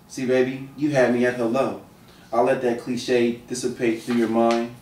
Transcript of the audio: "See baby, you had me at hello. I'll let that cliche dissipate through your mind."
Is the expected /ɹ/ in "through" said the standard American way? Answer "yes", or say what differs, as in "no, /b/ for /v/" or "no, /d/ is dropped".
yes